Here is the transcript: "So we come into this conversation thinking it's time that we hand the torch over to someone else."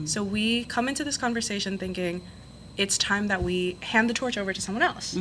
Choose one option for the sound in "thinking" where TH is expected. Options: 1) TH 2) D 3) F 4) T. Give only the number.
1